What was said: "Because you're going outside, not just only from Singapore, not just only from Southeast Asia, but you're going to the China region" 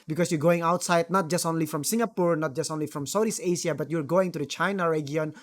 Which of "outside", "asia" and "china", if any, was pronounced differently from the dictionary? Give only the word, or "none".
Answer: asia